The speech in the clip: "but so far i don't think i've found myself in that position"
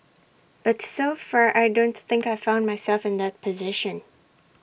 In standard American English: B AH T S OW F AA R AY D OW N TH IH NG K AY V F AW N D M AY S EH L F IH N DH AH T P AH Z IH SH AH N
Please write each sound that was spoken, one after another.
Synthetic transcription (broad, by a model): B AH T S OW F AA R AY D OW N TH IH NG K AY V F AW N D M AY S EH L F IH N DH AH T P AH Z IH SH AH N